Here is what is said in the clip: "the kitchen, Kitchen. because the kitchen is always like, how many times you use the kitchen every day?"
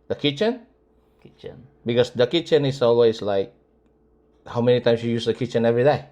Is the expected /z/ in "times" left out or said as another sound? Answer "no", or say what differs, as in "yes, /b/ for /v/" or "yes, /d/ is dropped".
yes, /s/ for /z/